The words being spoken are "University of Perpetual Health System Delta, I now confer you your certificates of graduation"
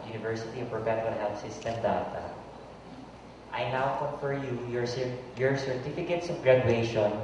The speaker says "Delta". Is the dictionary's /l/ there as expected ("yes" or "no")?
no